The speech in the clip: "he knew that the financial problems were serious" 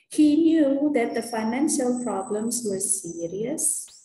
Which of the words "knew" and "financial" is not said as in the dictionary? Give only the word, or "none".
none